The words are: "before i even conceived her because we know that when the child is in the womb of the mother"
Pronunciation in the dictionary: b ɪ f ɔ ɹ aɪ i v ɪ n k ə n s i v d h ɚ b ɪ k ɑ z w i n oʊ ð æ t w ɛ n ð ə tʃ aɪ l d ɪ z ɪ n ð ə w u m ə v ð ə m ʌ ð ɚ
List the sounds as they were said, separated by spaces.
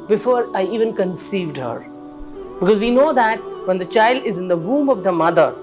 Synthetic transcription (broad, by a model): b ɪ f ɔ ɹ aɪ i v ɪ n k ə n s i v d h ɚ b ɪ k ɑ z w i n oʊ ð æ t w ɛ n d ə tʃ aɪ l d ɪ z ɪ n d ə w u m ə v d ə m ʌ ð ɚ